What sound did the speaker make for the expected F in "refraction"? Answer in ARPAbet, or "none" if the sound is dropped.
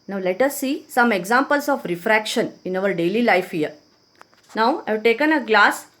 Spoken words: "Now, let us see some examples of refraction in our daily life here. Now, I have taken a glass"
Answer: F